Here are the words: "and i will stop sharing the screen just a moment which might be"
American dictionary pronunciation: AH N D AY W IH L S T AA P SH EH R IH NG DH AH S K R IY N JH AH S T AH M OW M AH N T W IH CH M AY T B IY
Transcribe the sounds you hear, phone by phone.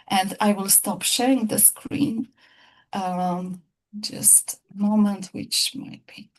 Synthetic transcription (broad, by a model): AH N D AY W IH L S T AA P SH EH R IH NG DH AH S K R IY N JH AH S T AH M OW M AH N T W IH CH M AY T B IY